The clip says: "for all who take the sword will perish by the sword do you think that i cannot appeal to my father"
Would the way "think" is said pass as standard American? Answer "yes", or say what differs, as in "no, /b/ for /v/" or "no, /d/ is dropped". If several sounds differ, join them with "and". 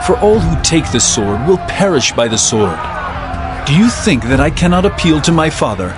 yes